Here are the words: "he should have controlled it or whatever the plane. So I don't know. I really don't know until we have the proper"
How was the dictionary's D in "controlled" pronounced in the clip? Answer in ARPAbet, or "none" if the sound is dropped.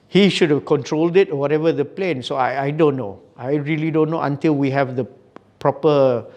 D